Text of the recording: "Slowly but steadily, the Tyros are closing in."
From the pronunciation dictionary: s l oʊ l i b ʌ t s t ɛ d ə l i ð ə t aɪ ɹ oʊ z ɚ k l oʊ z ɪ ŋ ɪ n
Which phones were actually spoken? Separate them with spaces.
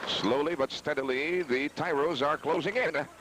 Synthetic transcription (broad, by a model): s l oʊ l i b ʌ t s t ɛ d ə l i ð ə t aɪ ɹ oʊ z ɚ k l oʊ z ɪ ŋ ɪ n